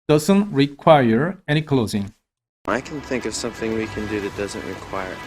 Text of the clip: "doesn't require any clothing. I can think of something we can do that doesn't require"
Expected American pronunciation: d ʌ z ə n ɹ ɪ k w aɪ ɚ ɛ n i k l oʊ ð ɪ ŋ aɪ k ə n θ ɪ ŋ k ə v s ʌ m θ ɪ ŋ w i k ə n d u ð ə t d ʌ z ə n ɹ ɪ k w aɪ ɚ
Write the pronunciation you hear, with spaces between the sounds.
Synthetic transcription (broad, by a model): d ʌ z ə n ɹ ɪ k w aɪ ɚ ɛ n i k l oʊ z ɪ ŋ aɪ k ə n θ ɪ ŋ k ə v s ʌ m θ ɪ ŋ w i k ə n d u ð ə t d ʌ z ə n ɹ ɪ k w aɪ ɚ